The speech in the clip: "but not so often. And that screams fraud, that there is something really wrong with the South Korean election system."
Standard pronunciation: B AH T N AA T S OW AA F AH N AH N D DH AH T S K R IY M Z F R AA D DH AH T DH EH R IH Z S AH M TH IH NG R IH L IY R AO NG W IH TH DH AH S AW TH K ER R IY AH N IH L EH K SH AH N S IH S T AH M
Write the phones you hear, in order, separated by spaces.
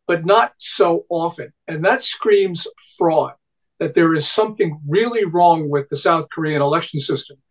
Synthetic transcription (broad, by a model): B AH T N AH T S OW AA F AH N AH N DH AH T S K R IY M Z F R AA D DH AH T DH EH R IH Z S AH M TH IH NG R IH L IY R AO NG W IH DH AH S AW TH K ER R IY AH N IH L EH K SH N S IH S T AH M